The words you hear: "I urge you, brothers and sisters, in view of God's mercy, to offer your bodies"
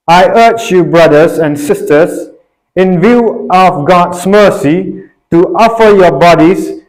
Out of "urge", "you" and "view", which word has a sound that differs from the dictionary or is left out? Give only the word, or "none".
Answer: urge